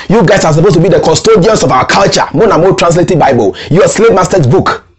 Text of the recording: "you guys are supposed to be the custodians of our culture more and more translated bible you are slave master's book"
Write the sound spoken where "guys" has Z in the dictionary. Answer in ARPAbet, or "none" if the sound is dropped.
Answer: S